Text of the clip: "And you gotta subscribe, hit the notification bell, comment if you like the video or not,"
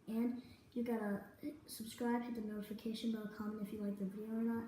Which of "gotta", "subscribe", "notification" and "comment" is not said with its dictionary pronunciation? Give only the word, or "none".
comment